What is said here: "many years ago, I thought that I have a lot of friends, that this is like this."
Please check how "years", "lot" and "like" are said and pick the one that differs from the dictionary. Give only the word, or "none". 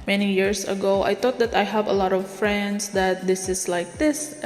years